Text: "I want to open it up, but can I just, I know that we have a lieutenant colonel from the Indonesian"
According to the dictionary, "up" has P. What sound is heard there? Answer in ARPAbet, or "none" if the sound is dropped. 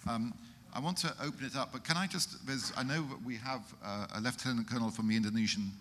P